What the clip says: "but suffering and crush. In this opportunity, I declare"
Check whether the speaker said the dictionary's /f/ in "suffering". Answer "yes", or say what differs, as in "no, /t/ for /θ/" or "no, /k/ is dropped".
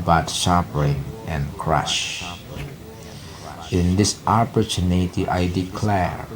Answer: no, /p/ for /f/